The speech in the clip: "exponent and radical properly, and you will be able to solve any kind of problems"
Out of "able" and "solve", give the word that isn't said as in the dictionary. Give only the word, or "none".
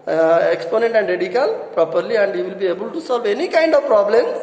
none